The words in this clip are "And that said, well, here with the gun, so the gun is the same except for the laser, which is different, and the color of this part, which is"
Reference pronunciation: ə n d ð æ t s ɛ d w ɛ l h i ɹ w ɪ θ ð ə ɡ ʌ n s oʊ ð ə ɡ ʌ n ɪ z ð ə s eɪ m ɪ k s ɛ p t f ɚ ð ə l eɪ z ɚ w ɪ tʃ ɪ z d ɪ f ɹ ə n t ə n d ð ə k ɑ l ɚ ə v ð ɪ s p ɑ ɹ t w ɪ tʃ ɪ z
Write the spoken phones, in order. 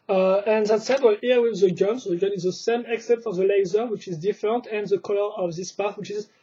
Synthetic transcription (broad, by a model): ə n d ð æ t s ɛ d w ɛ l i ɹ w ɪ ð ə ɡ ʌ n s oʊ ð ə ɡ ʌ n ɪ z ð ə s eɪ m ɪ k s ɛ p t f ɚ ð ə l eɪ z ɚ w ɪ tʃ ɪ z d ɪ f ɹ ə n t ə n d ð ə k ɑ l ɚ ə v ð ɪ s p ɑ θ w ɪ tʃ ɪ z